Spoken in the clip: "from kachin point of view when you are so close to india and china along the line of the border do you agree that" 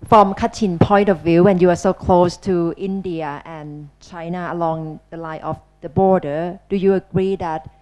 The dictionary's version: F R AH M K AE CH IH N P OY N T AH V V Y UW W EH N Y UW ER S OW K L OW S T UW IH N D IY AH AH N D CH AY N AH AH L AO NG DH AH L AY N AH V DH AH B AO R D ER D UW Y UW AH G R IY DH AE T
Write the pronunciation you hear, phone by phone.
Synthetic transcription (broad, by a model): F R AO M K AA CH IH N P OY N T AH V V Y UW W EH N Y UW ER S OW K L OW S T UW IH N D IY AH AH N CH AY N AH AH L AO NG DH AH L AY AH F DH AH B AO R D ER D UW Y UW AH G R IY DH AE T